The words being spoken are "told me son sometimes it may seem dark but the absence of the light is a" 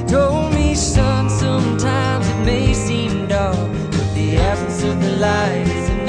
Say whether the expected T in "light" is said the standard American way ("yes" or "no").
no